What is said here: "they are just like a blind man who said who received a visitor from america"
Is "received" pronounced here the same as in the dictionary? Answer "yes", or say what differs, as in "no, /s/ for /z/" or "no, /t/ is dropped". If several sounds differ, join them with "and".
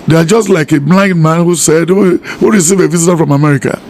no, /d/ is dropped